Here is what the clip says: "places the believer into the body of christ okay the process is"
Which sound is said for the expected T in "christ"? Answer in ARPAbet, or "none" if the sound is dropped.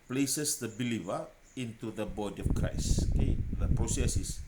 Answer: none